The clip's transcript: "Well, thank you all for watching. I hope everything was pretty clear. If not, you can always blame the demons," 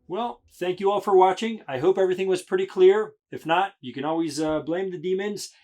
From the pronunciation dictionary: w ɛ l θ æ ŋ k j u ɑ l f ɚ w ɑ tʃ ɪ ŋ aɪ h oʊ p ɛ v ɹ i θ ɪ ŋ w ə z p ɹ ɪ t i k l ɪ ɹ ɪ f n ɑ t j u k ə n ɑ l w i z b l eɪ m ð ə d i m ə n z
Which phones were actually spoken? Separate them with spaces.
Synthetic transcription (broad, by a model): w ɛ l θ æ ŋ k j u ɑ l f ɚ w ɑ tʃ ɪ ŋ aɪ h oʊ p ɛ v ɹ i θ ɪ ŋ w ə z p ɹ ɪ t i k l ɪ ɹ ɪ f n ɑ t j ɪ k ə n ɑ l w i z b l eɪ m ð ə d i m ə n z